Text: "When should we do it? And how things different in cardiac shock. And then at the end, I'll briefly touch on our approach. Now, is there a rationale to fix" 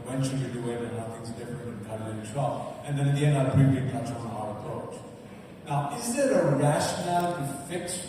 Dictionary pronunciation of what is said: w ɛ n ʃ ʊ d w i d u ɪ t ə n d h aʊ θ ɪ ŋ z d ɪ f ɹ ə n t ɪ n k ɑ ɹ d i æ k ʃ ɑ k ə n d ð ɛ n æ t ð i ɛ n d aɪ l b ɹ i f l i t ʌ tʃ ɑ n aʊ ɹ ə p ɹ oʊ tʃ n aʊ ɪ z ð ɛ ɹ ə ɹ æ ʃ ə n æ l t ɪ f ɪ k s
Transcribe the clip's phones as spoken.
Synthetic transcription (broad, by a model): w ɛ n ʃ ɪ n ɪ d u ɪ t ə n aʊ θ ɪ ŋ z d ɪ f ɹ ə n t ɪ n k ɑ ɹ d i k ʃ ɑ ə n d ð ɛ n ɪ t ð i ɛ n d aɪ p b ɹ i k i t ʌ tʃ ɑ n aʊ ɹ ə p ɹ oʊ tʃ n aʊ ɪ z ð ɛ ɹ ə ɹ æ ʃ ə n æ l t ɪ f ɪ k s